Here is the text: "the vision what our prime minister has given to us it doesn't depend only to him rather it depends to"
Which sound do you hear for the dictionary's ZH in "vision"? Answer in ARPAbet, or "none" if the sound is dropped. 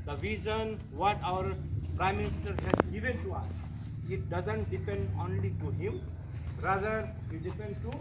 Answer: Z